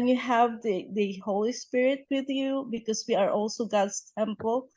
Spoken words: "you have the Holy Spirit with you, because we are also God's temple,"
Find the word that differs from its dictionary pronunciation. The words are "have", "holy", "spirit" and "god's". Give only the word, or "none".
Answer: god's